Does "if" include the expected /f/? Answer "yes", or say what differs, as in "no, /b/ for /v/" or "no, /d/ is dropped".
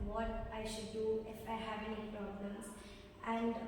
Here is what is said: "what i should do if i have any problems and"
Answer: yes